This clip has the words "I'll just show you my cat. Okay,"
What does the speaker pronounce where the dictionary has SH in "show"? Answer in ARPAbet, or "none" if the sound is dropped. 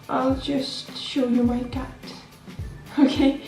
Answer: SH